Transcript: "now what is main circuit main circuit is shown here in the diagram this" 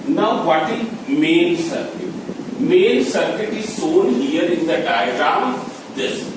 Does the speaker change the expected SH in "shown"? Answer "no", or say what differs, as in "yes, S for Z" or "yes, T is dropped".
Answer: yes, S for SH